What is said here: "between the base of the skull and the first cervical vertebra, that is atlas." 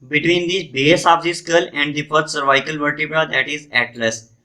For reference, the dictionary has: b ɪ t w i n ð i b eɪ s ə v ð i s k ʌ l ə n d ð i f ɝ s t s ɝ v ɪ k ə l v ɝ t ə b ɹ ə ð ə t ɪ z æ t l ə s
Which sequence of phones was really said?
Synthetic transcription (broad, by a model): b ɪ t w i n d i b eɪ s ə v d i s k ʌ l ə n d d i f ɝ t s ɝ v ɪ k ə l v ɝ t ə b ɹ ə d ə t ɪ z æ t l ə s